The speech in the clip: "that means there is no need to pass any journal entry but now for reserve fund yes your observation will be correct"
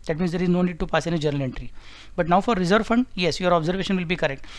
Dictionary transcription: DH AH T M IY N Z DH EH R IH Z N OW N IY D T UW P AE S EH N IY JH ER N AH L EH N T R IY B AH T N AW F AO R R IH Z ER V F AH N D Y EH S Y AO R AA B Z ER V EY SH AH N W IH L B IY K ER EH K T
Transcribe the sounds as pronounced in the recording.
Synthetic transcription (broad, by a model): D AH T M IY N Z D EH R IH Z N OW N IY D T UW P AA S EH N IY JH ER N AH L EH N T R IY B AH T N AW F AO R R IH Z ER V F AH N D Y EH S Y AO R AA B Z ER V EY SH AH N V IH L B IY K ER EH K T